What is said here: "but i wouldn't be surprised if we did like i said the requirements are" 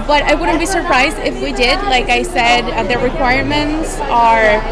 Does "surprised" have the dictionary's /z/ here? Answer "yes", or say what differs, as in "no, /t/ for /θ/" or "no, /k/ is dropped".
yes